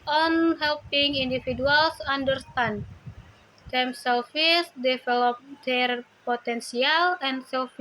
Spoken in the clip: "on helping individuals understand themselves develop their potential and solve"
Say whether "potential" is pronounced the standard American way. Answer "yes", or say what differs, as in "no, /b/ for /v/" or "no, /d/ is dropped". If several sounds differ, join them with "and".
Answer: no, /s/ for /ʃ/